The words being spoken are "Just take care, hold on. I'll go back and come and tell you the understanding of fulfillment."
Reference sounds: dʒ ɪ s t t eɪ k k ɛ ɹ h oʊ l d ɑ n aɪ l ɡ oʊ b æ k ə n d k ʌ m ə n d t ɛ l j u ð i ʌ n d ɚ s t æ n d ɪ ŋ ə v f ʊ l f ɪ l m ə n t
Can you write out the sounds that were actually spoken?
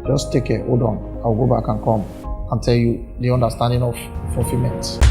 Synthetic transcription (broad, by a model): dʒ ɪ s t t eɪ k k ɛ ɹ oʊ d ɑ n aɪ w ɡ oʊ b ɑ k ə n k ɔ m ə n t ɛ l j u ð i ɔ n d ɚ s t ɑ n d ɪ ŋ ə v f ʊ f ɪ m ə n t